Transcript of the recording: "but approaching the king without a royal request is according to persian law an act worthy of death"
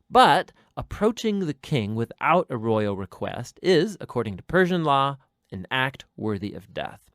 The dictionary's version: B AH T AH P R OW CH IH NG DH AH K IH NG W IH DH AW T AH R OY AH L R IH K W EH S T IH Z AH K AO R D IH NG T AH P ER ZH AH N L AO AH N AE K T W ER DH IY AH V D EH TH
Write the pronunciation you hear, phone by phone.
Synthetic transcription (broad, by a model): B AH T AH P R OW CH IH NG DH AH K IH NG W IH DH AW T AH R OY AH L R IH K W EH S T IH Z AH K AO R D IH NG T AH P ER ZH AH N L AO AH N AE K T W ER DH IY AH V D EH TH